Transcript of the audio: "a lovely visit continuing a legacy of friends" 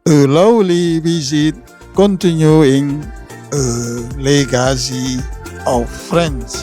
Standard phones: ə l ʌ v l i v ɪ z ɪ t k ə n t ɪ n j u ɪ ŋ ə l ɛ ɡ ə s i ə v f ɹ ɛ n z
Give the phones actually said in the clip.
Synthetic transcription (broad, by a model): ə l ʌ w l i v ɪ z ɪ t k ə n t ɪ n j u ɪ ŋ ə l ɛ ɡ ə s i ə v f ɹ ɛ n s